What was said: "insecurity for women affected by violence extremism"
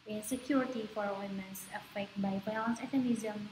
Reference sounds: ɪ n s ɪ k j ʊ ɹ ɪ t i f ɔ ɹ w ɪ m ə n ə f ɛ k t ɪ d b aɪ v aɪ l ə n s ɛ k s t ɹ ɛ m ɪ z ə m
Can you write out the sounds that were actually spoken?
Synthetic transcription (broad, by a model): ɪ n s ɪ k j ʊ ɹ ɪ t i f ɔ ɹ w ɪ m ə n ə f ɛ k t b aɪ f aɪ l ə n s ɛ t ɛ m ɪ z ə m